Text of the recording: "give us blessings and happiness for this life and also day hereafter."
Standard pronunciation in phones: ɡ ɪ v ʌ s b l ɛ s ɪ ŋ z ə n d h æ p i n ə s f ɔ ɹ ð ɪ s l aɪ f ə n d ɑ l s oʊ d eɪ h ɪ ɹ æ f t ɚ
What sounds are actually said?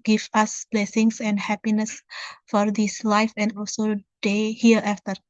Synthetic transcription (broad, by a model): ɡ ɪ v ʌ s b l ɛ s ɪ ŋ s ə n d h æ p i n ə s f ɔ ɹ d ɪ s l aɪ f ə n d ɑ l s oʊ d eɪ h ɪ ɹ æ f t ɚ